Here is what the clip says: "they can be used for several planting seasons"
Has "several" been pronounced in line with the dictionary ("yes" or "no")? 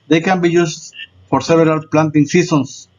no